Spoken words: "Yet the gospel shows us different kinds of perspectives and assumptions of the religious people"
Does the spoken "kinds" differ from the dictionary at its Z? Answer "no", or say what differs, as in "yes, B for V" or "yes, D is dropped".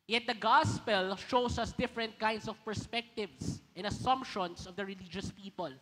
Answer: yes, S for Z